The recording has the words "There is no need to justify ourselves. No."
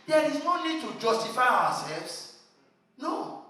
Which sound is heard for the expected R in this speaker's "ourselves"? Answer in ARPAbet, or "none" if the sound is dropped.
W